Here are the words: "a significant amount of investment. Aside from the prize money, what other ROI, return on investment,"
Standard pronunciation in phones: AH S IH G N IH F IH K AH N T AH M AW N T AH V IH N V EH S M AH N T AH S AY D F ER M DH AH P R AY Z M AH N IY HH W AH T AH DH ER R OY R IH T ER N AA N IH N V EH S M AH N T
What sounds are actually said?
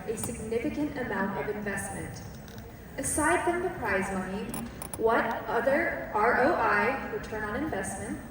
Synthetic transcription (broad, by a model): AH S IH G N IH F IH K AH N T AH M AW N T AH V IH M V EH S M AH N T AH S AY D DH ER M DH AH P R AY Z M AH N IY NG W AH T AH DH ER R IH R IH T ER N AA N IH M V EH S M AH N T